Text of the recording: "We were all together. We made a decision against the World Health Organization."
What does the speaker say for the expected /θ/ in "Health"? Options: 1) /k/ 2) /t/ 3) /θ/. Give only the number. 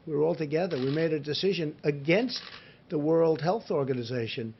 3